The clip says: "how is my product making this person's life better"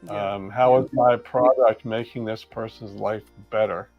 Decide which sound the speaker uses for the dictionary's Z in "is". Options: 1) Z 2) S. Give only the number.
1